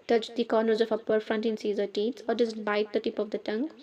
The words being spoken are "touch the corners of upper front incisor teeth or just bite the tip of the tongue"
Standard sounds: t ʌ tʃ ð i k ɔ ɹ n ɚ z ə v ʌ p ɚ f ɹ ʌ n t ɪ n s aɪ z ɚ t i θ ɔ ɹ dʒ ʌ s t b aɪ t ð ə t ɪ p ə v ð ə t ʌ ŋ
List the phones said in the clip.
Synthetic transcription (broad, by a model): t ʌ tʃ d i k ɔ ɹ n ɚ z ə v ʌ p ɚ f ɹ ʌ n t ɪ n s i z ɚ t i s ɔ ɹ dʒ ʌ s t b aɪ t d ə t ɪ p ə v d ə t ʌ ŋ